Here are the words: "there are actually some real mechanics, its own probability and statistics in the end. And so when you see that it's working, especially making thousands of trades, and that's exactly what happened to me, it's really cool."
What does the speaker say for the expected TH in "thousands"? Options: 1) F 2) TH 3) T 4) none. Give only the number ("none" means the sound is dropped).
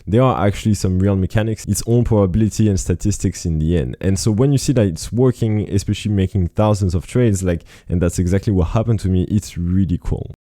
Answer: 2